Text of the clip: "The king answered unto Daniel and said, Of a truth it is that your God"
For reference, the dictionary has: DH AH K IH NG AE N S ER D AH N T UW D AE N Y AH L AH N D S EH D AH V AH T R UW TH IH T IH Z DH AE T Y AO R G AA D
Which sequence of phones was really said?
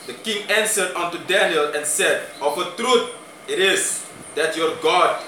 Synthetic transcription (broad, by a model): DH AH K IH NG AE N S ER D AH N T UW D AE N Y AH L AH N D S EH D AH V AH T R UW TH IH T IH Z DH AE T Y AO R G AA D